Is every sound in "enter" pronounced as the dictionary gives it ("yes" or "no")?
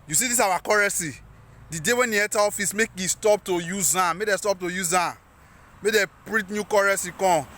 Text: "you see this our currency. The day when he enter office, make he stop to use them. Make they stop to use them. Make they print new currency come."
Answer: no